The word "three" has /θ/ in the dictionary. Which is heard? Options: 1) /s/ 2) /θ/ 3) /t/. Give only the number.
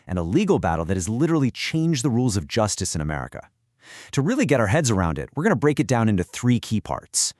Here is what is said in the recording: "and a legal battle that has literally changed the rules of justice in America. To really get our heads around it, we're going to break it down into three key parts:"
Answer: 2